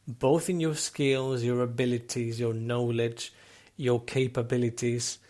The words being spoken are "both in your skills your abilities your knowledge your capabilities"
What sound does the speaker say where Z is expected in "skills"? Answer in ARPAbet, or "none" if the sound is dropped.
Z